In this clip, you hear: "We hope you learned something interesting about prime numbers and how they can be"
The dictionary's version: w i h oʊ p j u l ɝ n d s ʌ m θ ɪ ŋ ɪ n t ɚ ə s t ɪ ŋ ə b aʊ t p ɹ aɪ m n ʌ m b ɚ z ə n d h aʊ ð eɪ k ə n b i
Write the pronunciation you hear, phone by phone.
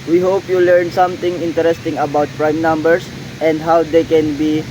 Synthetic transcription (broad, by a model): w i h oʊ p j u l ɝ n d s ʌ m t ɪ ŋ ɪ n t ɚ ə s t ɪ ŋ ə b aʊ t p ɹ aɪ m n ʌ m b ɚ s ə n d h aʊ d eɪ k ə n b i